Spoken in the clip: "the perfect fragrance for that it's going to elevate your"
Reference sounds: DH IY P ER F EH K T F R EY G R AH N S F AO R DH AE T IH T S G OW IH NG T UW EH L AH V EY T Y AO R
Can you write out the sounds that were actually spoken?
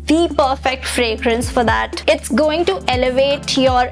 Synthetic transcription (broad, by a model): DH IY P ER F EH K T F R EY G R AH N S F AO R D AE T IH T S G OW IH NG T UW EH L AH V EY T Y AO R